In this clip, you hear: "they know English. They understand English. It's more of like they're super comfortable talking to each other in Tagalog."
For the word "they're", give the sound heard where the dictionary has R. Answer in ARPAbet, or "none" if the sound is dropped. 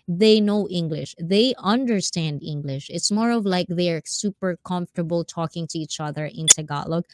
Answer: R